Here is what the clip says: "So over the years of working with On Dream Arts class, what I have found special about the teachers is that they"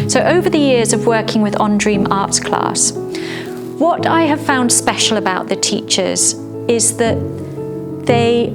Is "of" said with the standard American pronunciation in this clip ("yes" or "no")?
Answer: yes